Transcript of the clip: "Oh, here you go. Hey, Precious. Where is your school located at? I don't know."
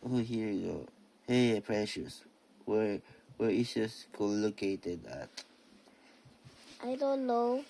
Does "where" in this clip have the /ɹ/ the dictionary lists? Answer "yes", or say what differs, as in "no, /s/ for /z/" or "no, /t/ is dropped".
no, /w/ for /ɹ/